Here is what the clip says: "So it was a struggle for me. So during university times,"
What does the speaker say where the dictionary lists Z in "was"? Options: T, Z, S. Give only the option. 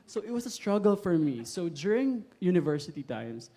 S